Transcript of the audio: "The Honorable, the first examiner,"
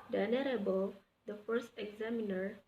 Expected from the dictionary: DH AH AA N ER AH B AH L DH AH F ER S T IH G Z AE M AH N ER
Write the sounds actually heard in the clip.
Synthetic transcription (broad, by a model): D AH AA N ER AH B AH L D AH F ER S T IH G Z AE M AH N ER